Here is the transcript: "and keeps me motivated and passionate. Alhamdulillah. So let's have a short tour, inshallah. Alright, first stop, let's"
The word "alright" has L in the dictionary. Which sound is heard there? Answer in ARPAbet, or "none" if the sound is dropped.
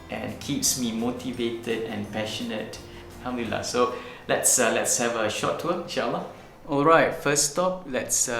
L